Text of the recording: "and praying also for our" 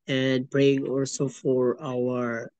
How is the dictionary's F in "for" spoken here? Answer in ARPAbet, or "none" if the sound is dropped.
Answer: F